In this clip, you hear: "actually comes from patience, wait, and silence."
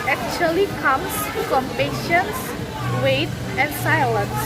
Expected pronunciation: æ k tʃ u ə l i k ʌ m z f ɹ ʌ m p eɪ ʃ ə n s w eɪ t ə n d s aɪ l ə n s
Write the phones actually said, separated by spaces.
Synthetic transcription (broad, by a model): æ k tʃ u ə l i k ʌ m s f ɹ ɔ m p eɪ ʃ ə n s w eɪ t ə n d s aɪ l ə n s